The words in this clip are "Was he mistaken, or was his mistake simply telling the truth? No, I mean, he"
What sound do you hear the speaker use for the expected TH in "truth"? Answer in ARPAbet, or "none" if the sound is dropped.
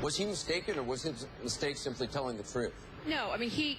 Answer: TH